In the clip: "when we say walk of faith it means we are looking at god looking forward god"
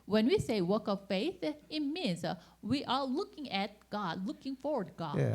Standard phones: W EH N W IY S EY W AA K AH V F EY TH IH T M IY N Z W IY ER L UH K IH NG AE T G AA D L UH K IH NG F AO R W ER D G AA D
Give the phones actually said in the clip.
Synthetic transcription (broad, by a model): W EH N W IY S EY W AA K AH V F EY TH IH T M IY N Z W IY ER L UH K IH NG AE T G AA D L UH K IH NG F AO R W ER D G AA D